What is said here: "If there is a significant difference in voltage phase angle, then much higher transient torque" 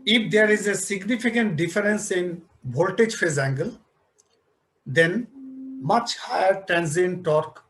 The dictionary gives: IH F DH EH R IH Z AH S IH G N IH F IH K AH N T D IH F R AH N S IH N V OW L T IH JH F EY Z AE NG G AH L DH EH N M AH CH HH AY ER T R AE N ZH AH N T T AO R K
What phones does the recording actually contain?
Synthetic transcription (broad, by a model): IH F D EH R IH Z AH S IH G N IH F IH K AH N T D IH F R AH N S IH N B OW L T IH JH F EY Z AE NG G AH L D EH N M AH CH HH AY ER T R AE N Z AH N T T AO R K